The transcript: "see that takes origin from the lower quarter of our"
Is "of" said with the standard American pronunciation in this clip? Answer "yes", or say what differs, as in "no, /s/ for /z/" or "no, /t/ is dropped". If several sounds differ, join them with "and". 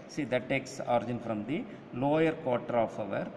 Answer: yes